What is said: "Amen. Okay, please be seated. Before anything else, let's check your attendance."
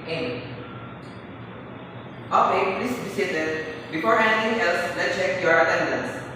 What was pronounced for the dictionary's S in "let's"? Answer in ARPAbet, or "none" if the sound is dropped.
none